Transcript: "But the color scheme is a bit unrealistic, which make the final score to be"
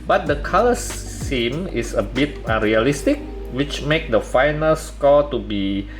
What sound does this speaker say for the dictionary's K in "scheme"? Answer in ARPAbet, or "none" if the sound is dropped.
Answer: none